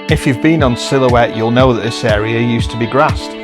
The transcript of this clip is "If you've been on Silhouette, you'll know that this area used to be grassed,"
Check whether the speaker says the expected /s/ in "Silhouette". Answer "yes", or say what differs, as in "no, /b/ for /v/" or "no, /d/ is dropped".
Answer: yes